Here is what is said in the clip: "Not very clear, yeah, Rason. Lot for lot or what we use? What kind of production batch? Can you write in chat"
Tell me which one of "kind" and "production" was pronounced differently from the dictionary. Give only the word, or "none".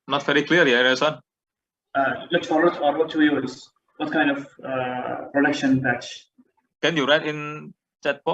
none